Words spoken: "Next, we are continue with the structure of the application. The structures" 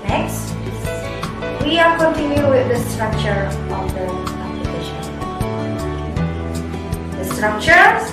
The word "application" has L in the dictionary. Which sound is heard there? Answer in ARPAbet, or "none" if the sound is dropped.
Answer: none